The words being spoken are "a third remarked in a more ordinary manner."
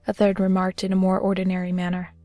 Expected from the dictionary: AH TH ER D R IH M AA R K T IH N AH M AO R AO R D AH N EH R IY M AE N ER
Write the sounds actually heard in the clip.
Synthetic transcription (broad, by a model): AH TH ER D R IH M AA R K T IH N AH M AO R AO R D N EH R IY M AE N ER